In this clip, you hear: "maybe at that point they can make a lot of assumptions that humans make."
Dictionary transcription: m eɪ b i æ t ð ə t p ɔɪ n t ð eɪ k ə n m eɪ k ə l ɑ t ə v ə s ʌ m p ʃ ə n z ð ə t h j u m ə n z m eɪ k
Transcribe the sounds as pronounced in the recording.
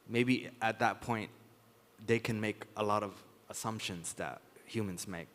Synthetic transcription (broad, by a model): m eɪ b i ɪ t ð ə t p ɔɪ n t ð eɪ k ə n m eɪ k ə l ɑ t ə v ə s ʌ m p ʃ ə n z ð ə t h j u m ə n z m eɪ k